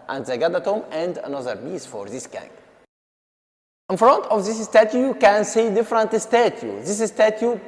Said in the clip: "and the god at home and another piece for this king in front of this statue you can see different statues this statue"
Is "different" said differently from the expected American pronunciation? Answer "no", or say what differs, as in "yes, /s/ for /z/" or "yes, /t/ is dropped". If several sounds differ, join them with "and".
no